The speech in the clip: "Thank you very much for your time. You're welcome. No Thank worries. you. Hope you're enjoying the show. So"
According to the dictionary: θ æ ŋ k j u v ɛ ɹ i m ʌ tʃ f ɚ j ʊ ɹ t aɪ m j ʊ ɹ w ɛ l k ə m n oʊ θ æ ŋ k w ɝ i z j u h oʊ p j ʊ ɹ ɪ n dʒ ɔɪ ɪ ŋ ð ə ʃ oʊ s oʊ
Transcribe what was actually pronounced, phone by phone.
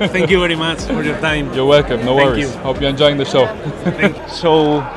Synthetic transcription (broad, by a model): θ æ k j u v ɛ ɹ i m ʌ tʃ f ɚ j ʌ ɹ t aɪ m j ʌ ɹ w ɛ l k ə m n oʊ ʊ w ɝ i j u h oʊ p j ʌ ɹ ɪ n dʒ ɔɪ ɪ ŋ ð ə ʃ oʊ s oʊ